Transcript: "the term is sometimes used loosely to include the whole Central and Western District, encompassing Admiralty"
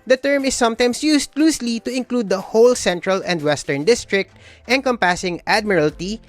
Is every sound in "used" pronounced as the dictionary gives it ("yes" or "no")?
no